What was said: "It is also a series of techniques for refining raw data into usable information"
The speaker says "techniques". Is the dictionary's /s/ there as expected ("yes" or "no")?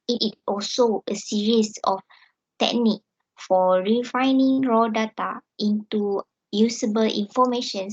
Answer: no